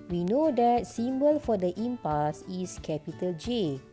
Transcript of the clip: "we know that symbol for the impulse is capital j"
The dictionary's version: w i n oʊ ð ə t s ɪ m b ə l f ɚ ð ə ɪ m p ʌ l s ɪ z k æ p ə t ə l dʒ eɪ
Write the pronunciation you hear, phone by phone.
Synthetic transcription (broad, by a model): w i n oʊ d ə t s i m b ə l f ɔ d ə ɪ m p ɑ s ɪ s k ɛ p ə t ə l dʒ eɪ